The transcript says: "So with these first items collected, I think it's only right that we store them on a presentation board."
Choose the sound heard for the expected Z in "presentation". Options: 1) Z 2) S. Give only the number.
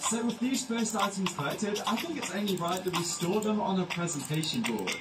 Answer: 1